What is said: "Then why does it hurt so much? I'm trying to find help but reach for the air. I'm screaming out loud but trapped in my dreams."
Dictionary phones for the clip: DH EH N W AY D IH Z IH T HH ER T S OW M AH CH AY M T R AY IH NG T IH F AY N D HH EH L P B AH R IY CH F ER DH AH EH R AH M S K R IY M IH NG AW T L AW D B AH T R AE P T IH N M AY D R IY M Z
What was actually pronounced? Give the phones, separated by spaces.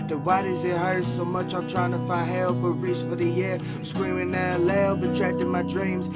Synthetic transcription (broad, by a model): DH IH W AY D IH Z IH T HH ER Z S OW M AH CH AY M T R AY IH NG T IH F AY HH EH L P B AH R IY S F ER DH AH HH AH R S K R IY M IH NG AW L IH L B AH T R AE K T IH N M AY D R IY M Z